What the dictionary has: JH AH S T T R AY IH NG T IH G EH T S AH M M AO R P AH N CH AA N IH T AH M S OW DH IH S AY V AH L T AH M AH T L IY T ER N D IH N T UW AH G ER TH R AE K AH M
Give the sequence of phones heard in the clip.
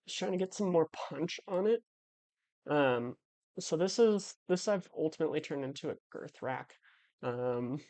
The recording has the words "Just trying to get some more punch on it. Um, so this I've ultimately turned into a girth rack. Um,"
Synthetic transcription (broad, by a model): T T R AY IH NG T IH G EH T S AH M M AO R P AH N CH N IH T AH M S OW DH IH S AY V AH L T AH M AH T L IY T ER N D IH N T UW AH G ER TH R AE K AH M